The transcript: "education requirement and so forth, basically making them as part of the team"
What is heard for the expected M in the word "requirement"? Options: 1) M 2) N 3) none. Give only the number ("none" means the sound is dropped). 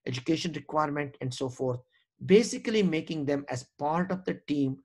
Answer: 1